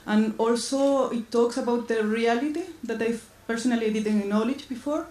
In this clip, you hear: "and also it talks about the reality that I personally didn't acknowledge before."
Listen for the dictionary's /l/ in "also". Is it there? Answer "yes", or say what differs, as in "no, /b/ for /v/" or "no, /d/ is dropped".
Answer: yes